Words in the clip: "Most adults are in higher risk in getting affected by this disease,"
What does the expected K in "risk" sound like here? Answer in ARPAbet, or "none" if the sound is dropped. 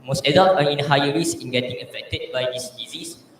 none